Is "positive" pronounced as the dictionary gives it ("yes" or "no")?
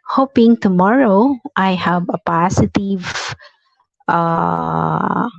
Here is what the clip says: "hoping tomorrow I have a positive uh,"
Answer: no